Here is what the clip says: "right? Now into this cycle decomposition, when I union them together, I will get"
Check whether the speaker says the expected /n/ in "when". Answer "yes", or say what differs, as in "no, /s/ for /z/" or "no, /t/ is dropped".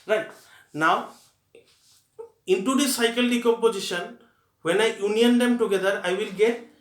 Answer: yes